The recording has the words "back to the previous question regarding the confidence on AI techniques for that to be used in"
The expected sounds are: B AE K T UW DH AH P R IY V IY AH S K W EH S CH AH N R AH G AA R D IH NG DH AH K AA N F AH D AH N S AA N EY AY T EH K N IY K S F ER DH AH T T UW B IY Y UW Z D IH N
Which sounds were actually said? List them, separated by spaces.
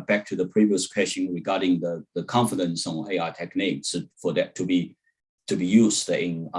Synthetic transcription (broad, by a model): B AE K T UW DH AH P R IY V IY AH S K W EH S SH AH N R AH G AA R D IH NG DH AH K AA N F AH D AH N S AA N EY AY T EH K N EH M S F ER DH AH T T UW B IY Y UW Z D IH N